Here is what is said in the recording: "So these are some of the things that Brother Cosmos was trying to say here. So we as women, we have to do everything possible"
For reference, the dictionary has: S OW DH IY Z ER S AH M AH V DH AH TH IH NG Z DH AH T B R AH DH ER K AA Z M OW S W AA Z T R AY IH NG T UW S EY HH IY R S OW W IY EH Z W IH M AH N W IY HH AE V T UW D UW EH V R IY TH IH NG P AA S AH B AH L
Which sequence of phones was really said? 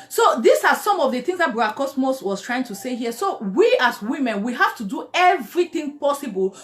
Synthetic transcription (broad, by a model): S OW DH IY S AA S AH M AH V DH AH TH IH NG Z DH AH T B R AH AA K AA S M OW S W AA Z T R AY IH NG T UW S EY HH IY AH S OW W IY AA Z W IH M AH N W IY HH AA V T UW D UW EH V R IY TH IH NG P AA S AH B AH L